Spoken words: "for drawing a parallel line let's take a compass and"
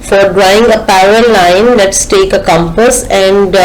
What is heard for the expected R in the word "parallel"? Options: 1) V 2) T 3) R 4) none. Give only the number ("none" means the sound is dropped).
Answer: 4